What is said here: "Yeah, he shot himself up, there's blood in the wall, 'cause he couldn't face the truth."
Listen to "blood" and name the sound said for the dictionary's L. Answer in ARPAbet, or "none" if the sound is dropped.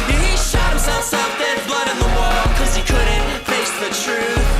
L